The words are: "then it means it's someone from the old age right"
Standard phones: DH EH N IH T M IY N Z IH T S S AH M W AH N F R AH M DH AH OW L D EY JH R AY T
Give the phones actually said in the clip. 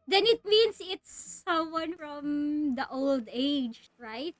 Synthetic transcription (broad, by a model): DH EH N IH T M IY N S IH T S S AH M W AH N F R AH M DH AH OW L D EY JH R AY T